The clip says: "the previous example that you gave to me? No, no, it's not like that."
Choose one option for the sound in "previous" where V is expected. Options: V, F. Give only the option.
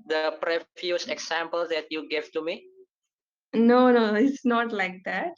F